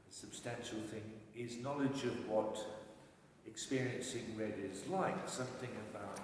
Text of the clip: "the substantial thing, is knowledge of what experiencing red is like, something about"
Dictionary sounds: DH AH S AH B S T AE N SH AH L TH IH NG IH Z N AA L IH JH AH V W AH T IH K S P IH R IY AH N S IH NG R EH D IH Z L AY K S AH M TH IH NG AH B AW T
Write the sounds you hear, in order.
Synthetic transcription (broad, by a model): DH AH S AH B S T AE N SH L TH IH NG IH Z N AA L IH JH AH V W AH T IH K S P IH R IY AH N S IH NG R EH D IH Z L AY K S AH M TH IH NG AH B AW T